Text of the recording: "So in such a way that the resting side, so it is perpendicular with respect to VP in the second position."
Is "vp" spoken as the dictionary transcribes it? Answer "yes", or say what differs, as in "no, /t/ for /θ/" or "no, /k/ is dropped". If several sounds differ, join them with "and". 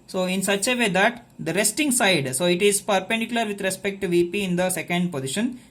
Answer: yes